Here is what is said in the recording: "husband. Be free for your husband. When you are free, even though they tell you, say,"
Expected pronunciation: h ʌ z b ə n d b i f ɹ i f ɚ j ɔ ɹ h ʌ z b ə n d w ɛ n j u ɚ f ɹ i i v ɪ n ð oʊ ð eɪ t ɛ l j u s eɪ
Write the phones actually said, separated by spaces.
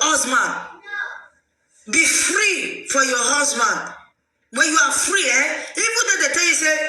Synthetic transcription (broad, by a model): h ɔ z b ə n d b i f ɹ i f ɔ j ɔ h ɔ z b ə n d w ɛ n j u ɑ f ɹ i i b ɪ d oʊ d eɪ t ɛ l j u s eɪ